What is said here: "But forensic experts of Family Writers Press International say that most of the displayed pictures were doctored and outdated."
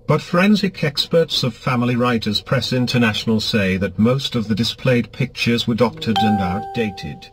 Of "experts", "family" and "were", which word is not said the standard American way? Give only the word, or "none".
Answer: none